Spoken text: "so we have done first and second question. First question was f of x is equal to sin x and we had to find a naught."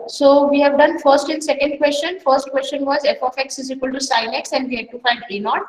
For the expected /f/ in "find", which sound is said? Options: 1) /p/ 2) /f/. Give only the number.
2